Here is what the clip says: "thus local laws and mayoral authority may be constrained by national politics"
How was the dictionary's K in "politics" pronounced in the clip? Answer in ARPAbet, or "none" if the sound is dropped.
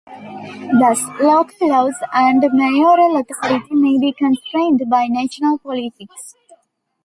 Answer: K